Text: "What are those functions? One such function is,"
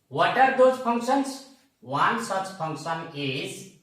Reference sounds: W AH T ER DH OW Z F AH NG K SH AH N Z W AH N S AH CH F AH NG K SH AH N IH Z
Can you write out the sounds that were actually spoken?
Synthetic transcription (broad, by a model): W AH T ER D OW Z P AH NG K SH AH N S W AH N S AH CH P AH NG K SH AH N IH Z